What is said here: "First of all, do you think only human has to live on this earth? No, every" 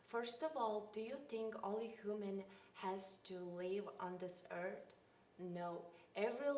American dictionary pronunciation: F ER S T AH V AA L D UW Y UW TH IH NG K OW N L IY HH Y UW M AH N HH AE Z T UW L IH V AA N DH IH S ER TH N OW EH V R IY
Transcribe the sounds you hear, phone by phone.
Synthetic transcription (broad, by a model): F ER S T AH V AA L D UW Y UW TH IH NG K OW L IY HH Y UW M AH N HH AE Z T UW L IH V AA N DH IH S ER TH N OW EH V R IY